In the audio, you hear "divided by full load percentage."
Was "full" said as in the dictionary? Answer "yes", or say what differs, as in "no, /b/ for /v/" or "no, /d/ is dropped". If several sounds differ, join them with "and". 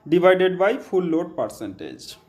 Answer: no, /p/ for /f/